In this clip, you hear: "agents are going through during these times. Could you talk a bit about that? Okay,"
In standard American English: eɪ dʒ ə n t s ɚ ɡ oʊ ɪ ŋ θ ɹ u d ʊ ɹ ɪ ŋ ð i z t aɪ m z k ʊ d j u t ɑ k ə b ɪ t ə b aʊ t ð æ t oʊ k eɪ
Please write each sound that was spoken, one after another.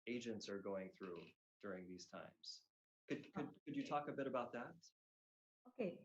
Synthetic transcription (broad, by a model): eɪ dʒ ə n t s ɚ ɡ oʊ ɪ ŋ θ ɹ u d ʊ ɹ ɪ ŋ ð i z t aɪ m z k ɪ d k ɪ t ɑ k ə b ɪ t ə b aʊ t ð æ t oʊ k eɪ